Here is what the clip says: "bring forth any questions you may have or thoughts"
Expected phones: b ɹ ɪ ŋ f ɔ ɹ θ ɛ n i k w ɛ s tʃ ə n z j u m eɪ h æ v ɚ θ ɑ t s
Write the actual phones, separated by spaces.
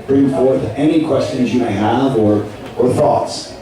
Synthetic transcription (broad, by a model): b ɹ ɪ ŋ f ɔ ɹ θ ɛ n i k w ɛ s tʃ ə n z j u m eɪ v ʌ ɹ ɚ θ ɑ t s